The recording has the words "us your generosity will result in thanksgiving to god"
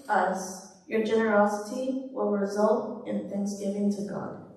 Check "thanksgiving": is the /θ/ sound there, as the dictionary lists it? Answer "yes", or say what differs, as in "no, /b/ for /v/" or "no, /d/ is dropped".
yes